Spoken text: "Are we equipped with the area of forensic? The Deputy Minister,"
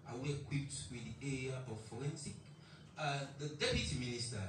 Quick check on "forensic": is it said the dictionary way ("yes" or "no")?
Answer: no